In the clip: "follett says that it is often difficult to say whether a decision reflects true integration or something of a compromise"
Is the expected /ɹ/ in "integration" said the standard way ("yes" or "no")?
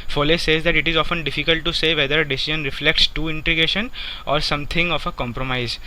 no